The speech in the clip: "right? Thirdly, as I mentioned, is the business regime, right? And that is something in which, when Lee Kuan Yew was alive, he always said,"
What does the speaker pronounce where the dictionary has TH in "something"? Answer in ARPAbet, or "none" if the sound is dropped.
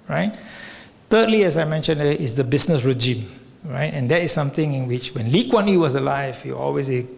T